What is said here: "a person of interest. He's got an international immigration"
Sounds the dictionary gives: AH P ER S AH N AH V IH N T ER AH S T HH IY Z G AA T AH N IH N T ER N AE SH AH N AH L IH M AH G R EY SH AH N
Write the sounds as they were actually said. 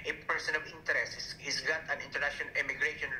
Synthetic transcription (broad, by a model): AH P ER S AH N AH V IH N T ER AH S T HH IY S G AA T AH N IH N T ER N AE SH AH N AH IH M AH G R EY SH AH N